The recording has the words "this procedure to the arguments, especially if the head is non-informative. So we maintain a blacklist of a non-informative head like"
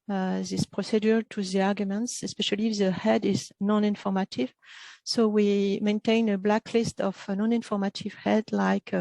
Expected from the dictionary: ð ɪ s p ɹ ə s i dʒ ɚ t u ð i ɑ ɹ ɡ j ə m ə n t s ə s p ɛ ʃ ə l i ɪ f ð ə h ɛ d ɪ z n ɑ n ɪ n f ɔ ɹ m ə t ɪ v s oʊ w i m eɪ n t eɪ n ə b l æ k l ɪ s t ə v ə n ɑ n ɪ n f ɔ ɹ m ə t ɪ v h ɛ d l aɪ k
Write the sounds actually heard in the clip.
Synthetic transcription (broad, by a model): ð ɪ s p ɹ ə s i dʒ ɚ t u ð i ɑ ɹ ɡ j ə m ə n t s ə s p ɛ ʃ ə l i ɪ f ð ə h ɛ d ɪ z n ɑ n ɪ n f ɔ ɹ m ə t ɪ v s oʊ w i m eɪ n t eɪ n ə b l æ k l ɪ s t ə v ə n ɑ n ɪ n f ɔ ɹ m ə t ɪ v h ɛ d l aɪ k